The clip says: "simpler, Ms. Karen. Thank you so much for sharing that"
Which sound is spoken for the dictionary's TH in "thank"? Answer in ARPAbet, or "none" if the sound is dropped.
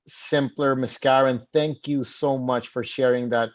TH